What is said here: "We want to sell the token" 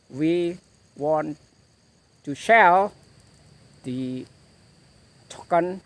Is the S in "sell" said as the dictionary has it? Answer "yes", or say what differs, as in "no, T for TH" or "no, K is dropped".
no, SH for S